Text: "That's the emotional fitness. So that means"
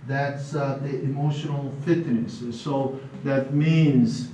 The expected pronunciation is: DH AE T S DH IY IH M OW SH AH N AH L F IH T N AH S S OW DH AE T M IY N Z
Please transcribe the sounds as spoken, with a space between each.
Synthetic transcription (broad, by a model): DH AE T S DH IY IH M OW SH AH N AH L F IH T N AH S S OW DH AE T M IY N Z